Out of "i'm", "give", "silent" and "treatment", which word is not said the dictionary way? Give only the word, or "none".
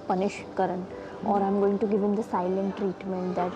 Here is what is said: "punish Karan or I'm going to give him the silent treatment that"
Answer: none